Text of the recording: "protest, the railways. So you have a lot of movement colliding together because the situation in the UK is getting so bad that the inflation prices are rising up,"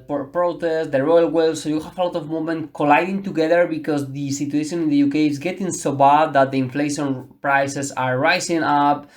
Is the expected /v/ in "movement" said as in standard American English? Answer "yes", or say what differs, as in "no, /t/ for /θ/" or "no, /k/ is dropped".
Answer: no, /v/ is dropped